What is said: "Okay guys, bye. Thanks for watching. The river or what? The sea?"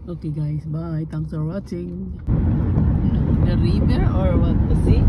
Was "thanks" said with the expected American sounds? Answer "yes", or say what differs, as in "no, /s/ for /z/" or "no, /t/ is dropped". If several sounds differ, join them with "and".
no, /t/ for /θ/ and /k/ is dropped